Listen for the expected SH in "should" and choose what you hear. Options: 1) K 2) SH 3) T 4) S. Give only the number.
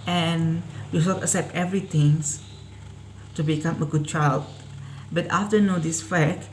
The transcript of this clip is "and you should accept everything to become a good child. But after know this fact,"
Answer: 4